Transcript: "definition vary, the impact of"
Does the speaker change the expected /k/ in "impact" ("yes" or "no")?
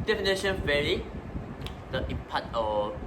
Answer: yes